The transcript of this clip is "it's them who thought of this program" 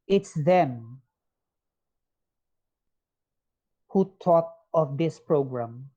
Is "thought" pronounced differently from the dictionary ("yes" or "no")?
yes